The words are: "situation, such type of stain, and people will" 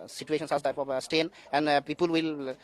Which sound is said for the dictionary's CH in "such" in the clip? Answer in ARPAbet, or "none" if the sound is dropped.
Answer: S